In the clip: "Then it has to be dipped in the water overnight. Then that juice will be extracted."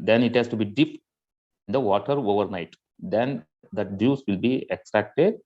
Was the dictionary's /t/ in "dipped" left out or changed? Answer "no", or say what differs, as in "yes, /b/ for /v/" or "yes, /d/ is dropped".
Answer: yes, /t/ is dropped